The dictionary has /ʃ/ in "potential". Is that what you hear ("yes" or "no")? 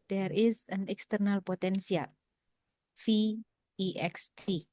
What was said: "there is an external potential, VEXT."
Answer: no